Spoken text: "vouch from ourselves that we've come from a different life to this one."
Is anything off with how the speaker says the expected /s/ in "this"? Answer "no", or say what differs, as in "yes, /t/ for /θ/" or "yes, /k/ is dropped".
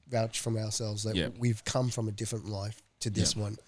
no